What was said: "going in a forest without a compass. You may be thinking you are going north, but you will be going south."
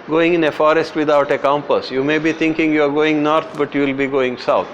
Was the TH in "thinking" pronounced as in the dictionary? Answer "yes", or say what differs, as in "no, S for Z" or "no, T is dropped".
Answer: no, T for TH